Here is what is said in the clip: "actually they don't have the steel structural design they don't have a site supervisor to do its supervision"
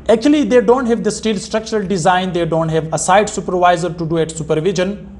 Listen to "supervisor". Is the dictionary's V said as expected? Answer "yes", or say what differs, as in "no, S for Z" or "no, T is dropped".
yes